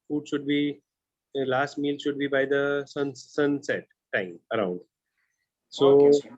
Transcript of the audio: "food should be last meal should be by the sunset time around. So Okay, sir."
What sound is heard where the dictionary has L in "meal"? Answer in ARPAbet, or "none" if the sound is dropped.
L